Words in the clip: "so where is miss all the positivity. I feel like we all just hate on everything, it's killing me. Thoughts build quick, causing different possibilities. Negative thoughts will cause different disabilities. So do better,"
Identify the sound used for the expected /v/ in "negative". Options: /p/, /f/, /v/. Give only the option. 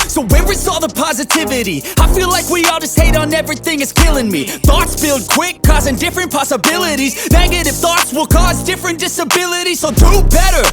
/f/